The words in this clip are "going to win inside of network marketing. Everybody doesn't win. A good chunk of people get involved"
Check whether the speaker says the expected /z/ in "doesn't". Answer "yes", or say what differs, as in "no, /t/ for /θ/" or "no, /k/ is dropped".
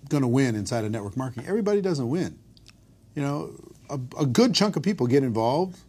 yes